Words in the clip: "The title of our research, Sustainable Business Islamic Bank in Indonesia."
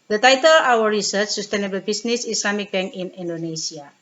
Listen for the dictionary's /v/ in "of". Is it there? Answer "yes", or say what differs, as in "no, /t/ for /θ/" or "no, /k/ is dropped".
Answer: no, /w/ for /v/